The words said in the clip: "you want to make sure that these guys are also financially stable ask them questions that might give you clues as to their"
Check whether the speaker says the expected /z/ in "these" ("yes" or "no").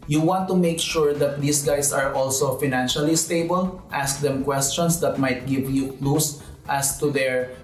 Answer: no